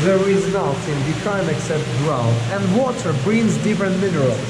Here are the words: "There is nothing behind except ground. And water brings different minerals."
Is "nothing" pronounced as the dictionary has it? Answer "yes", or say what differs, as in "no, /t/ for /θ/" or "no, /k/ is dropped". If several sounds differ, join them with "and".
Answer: no, /t/ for /θ/